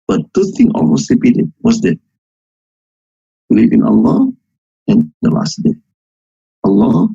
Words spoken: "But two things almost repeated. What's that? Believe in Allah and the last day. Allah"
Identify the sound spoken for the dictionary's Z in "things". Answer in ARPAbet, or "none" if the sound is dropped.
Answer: none